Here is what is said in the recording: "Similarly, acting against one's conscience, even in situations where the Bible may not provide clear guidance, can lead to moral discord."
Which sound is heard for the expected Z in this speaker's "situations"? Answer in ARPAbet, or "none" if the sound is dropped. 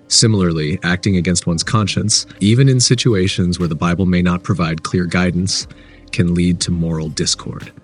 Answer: Z